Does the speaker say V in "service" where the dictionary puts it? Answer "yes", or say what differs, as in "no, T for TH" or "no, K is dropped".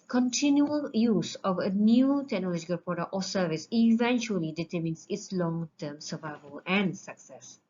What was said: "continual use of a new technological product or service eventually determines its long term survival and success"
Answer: yes